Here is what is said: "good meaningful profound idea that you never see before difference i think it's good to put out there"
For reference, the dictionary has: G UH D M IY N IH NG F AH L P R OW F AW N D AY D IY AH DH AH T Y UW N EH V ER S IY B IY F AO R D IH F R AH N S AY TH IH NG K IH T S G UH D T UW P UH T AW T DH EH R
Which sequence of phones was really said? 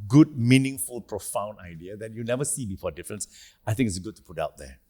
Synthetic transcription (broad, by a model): G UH D M IY N IH NG F AH L P R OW F AW N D AY D IY AH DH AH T Y UW N EH V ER S IY B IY F AO D IH F R AH N S AY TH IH NG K IH T S G UH D T UW P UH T AW T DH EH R